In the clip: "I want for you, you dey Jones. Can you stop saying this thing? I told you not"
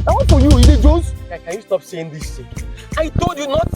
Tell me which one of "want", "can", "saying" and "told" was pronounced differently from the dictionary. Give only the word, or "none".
want